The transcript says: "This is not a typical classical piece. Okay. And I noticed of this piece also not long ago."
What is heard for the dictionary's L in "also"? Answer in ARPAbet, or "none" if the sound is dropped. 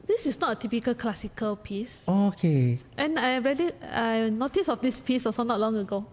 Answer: none